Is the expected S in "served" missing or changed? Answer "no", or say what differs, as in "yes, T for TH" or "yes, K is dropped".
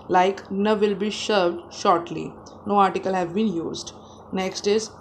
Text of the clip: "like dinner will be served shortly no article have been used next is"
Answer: yes, SH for S